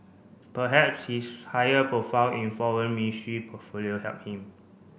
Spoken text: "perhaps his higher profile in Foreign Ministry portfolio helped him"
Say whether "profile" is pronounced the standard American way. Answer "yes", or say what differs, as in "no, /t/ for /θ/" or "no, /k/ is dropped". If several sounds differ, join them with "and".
no, /n/ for /l/